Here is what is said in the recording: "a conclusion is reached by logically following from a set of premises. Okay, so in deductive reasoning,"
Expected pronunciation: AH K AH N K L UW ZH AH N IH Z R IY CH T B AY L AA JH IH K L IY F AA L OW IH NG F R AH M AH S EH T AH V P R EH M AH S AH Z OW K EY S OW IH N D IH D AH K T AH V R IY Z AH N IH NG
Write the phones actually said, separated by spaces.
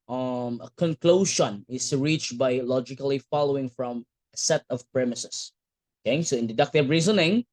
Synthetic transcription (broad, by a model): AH K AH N K L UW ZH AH N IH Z R IY CH B AY L AA JH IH K L IY F AA L OW IH NG F R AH M AH S EH T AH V P R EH M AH S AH S OW K EY S OW IH N D IH D AH K T AH V R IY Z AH N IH NG